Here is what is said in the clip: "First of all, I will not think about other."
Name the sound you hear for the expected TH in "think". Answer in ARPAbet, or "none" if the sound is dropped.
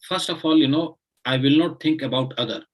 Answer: T